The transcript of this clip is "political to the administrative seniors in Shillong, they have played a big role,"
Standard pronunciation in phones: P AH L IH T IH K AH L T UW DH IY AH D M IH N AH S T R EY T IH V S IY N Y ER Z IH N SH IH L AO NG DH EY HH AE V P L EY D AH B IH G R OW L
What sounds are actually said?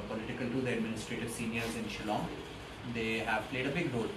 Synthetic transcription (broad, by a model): P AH L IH T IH K AH L T UW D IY AH D M IH N AH S T R EY T IH V S IY N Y ER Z IH N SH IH L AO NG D EY HH AE V P L EY D AH B IH G R OW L